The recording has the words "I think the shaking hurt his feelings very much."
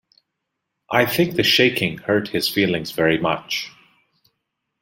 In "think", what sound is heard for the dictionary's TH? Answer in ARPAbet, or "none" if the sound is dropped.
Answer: TH